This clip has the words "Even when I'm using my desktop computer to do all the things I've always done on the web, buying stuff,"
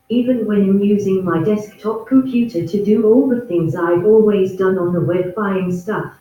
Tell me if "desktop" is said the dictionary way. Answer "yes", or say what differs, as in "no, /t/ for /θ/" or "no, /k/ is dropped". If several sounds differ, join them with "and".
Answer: yes